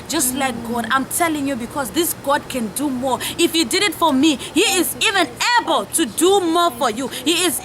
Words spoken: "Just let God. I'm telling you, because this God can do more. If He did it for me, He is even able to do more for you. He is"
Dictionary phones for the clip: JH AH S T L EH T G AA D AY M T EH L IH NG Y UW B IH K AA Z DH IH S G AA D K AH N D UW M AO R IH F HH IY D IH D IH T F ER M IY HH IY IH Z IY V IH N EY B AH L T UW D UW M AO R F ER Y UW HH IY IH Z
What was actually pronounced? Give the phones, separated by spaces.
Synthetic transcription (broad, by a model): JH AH S T L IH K G AA D AY M T EH L IH NG Y UW B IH K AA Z DH IH S G AA D K AH N D UW M AO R IH F HH IY D IH D IH T F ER M IY HH IY IH Z IY V IH N EY B AH L T UW D UW M AO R F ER Y UW HH IY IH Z